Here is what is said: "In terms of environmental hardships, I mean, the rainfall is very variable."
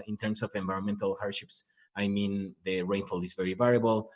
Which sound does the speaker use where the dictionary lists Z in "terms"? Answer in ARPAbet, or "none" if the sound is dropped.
S